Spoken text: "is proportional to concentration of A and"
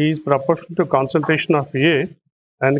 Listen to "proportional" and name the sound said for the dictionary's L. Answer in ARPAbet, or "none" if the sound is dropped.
N